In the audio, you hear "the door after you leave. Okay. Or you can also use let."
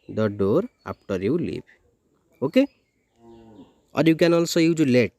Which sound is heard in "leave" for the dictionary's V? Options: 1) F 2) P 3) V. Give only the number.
2